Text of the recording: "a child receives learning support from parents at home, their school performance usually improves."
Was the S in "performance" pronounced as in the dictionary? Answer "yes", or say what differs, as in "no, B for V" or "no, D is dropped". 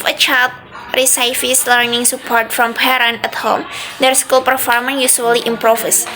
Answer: no, S is dropped